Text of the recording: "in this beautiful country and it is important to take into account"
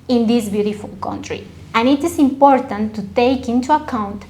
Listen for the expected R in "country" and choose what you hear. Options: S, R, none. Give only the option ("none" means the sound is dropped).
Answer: R